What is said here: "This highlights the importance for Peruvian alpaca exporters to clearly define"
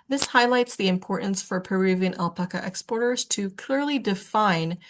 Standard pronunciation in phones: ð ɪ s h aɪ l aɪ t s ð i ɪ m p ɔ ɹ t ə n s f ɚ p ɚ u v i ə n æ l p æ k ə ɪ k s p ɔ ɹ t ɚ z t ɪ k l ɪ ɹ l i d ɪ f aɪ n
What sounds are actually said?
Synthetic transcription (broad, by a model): ð ɪ s h aɪ l aɪ t s ð i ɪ m p ɔ ɹ t n s f ɚ p ɚ u v i ə n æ l p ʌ k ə ɪ k s p ɔ ɹ t ɚ z t ɪ k l ɪ ɹ l i d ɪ f aɪ n